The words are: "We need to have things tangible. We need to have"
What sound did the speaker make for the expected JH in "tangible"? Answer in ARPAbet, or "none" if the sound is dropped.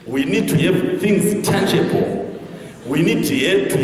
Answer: CH